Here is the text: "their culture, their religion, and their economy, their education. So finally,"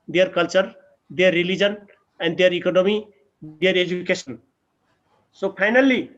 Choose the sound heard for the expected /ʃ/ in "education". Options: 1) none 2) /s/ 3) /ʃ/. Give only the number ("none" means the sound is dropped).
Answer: 2